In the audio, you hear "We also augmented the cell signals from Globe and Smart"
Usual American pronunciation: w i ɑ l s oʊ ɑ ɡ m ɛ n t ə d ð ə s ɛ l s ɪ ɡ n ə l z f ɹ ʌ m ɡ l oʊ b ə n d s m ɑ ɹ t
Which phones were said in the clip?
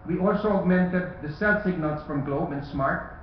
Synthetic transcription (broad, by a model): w i ɑ l s oʊ ɑ ɡ m ɛ n t ə d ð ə s ɛ l s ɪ ɡ n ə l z f ɹ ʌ m ɡ l oʊ b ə n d s m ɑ ɹ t